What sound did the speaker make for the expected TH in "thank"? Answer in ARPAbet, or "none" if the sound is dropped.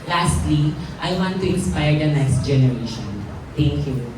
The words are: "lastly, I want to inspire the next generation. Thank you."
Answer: T